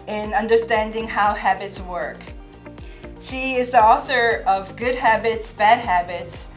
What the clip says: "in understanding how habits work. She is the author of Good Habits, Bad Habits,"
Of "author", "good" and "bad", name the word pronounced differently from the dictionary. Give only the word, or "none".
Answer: none